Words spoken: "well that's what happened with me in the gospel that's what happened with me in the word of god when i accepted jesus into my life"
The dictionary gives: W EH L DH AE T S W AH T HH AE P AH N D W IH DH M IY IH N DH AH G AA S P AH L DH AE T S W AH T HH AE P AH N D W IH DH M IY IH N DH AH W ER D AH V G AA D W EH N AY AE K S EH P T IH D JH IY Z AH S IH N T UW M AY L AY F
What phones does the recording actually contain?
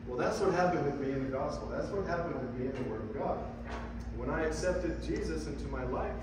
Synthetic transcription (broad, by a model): W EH L DH AE T S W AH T HH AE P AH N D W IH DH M IY IH N DH AH G AA S P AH L DH AE T S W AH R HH AE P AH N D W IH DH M IY IH N DH AH W ER D AH V G AA D W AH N AY AE K S EH P T IH D JH IY Z AH S IH N T UW M AY L AY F